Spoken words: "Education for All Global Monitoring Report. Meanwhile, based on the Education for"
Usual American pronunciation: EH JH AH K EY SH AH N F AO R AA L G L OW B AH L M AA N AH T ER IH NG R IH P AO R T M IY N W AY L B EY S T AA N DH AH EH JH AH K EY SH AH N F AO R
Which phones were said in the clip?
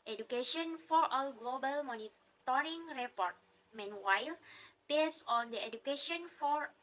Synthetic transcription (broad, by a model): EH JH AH K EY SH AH N F AO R AA L G L OW B AH L M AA N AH T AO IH NG R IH P AO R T M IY N W AY L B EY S AA N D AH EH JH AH K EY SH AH N F AO R